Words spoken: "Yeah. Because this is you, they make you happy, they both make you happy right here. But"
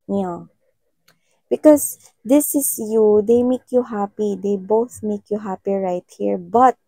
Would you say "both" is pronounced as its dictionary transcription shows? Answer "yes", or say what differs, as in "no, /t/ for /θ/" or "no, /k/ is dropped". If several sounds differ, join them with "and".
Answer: yes